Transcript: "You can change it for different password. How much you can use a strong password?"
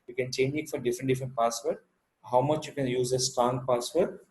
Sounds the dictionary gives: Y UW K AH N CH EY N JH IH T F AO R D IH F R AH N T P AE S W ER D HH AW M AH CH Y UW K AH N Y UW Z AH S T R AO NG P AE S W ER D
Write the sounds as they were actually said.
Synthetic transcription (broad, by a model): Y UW K AH N CH EY N JH IH T F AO R D IH F R AH N T P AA S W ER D HH AW M AH CH Y UW K AH N Y UW Z AH S T R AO NG P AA S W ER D